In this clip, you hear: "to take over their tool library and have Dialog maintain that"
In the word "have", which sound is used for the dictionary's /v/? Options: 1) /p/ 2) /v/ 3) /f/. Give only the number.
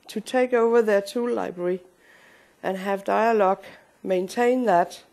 2